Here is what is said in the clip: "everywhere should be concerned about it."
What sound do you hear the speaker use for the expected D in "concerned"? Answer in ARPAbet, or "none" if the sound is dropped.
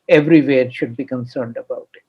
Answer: D